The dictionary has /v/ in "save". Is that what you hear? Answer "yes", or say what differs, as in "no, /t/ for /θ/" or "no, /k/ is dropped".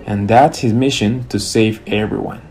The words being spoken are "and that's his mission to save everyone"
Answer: yes